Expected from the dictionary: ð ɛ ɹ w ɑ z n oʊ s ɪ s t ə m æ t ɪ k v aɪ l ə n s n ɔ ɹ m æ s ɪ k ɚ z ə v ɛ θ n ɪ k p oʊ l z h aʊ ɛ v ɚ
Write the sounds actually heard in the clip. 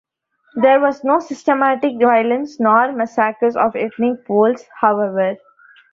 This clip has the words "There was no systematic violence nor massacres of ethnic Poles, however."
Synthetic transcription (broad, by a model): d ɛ ɹ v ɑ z n oʊ s ɪ s t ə m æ t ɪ k v aɪ l ə n s n ɔ ɹ m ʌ s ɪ k ɚ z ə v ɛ t n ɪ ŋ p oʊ l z h aʊ ɛ v ɚ